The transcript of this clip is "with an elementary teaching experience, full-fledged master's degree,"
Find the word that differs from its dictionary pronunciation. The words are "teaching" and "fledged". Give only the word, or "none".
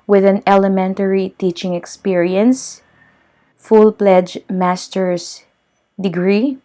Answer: fledged